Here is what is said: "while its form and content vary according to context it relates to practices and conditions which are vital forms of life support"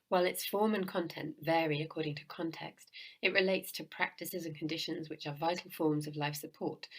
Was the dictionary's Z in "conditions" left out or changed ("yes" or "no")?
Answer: no